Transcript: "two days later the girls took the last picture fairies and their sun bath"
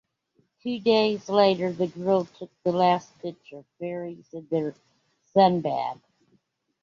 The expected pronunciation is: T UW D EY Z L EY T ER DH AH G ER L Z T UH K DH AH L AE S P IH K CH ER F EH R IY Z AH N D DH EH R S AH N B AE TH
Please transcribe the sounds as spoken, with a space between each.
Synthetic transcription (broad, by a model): T UW D EY Z L EY T ER DH AH G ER L T UH K DH AH L AE S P IH CH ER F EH R IY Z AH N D DH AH R S AH N B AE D